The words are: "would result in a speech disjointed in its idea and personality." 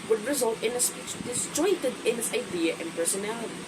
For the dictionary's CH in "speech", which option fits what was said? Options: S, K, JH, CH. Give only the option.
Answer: S